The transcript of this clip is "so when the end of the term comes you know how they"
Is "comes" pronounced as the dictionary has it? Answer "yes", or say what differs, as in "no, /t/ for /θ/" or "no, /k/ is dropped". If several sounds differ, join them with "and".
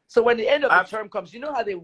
yes